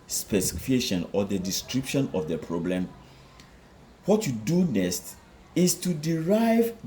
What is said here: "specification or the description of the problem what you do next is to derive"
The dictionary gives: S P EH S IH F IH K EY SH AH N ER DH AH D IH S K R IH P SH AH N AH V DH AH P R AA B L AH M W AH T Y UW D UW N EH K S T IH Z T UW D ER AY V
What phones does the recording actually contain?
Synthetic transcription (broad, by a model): S P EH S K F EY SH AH N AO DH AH D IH S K R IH P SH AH N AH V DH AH P R AA B L AH M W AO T Y UW D UW N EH S T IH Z T UW D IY AY V